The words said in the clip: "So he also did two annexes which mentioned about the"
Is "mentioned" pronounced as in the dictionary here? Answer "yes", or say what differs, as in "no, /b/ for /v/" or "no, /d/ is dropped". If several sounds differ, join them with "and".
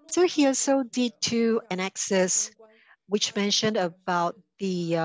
yes